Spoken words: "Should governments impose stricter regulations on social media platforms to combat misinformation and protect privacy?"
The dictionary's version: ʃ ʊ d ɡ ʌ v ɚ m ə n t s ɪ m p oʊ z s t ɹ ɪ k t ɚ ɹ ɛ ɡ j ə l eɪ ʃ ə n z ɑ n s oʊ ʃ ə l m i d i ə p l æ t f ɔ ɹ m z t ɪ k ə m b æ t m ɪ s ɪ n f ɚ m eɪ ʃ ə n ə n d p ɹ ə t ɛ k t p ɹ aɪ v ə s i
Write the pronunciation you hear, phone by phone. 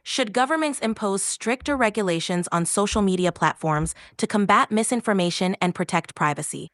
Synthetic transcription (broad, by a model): ʃ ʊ d ɡ ʌ v ɚ m ə n t s ɪ m p oʊ z s t ɹ ɪ k t ɚ ɹ ɛ ɡ j ə l eɪ ʃ ə n z n s oʊ ʃ l m i d i ə p l æ t f ɔ ɹ m z t ɪ k ə m b æ t m ɪ s ɪ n f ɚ m eɪ ʃ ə n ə n p ɹ ə t ɛ k t p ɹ aɪ v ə s i